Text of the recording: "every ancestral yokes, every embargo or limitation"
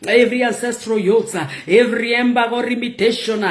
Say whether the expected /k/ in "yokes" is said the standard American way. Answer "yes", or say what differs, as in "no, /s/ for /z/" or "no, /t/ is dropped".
no, /k/ is dropped